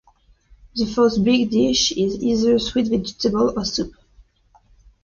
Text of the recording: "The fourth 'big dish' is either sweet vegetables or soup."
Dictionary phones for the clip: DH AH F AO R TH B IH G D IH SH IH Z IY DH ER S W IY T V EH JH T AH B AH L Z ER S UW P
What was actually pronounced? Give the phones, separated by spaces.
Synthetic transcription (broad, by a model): DH AH F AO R T B IH G D IH SH IH Z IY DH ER S W IY T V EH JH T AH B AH L ER S UW P